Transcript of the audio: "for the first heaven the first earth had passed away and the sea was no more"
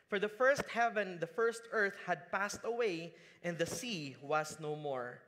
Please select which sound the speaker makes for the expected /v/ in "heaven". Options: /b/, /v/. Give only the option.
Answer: /v/